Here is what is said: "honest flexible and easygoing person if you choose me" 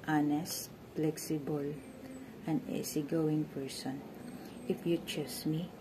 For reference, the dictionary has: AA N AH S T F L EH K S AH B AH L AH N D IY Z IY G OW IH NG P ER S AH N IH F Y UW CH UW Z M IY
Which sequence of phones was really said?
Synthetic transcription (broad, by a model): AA N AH S T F L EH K S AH B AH L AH N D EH S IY G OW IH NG P ER S AH N IH F Y UW CH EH S M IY